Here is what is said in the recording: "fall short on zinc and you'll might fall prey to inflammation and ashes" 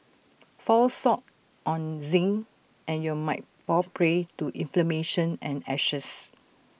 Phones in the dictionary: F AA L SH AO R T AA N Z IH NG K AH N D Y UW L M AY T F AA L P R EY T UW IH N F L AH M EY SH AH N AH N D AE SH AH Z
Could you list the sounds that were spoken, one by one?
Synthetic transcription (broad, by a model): F AA L S AO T T AA N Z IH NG AH N Y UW M AY T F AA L P R EY T UW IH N F L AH M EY SH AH N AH N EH SH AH S